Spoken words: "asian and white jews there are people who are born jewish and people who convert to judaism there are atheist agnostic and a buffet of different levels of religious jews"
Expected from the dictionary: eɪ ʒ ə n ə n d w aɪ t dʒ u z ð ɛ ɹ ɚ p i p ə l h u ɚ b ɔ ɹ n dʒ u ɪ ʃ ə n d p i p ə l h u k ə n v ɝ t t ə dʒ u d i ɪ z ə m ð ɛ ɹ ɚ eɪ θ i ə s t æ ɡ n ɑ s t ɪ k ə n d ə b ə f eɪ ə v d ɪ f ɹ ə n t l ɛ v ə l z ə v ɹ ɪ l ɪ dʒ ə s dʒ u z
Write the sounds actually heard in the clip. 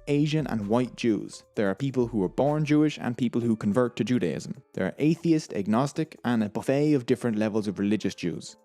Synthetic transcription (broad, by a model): eɪ ʒ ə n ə n w aɪ t dʒ u z ð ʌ ɹ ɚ p i p ə l h u ɚ b ɔ ɹ n dʒ u ɪ ʃ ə n p i p ə l h u k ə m v ɝ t t ə dʒ u d i ɪ z ə m ð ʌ ɹ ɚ eɪ θ i ə s t æ ɡ n ɑ s t ɪ k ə n ə b ə f eɪ ə v d ɪ f ɹ ə n t l ɛ v ə l z ə v ɹ ɪ l ɪ dʒ ə s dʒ u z